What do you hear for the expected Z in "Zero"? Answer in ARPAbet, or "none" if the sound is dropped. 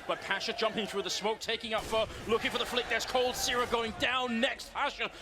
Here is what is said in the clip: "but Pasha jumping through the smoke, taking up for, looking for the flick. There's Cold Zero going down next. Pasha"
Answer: S